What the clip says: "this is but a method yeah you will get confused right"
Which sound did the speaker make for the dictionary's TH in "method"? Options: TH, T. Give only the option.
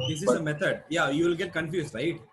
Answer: T